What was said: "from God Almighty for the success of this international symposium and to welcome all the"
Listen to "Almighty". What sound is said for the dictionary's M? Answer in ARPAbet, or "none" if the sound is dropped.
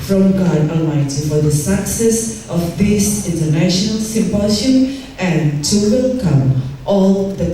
none